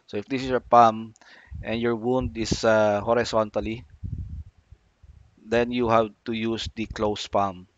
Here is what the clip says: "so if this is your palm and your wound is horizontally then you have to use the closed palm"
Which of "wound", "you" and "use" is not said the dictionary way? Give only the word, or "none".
none